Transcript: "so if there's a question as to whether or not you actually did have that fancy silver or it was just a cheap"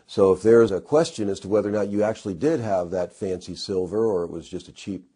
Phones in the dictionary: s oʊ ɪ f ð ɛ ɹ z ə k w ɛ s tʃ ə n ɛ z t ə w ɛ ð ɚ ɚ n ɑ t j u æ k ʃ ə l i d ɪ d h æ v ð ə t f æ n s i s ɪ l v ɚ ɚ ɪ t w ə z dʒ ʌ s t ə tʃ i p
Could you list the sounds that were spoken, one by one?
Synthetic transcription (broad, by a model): s oʊ ɪ f ð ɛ ɹ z ə k w ɛ s tʃ ə n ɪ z t ə w ɛ ð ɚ ɚ n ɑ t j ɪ æ k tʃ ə l i d ɪ d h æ v ð ə t f æ n s i s ɪ l v ɚ ɚ ɪ t w ə z dʒ ʌ s t ə tʃ i p